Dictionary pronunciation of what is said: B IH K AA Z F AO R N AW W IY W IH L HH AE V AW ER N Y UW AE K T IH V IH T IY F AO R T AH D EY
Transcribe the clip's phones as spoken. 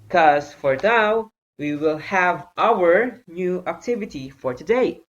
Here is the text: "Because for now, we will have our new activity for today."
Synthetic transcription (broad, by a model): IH K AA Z F AO R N AW W IY W IH L HH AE V AW ER N Y UW AE K T IH V IH T IY F AO R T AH D EY